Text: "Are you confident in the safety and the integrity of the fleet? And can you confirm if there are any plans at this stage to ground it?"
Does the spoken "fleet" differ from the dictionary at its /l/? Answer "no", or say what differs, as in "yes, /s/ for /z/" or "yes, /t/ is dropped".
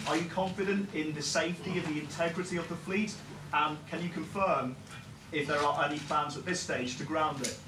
no